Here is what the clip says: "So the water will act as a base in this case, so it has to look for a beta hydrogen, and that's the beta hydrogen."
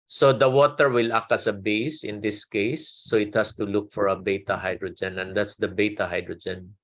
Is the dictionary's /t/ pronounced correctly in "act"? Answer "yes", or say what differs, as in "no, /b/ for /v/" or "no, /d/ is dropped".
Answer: no, /t/ is dropped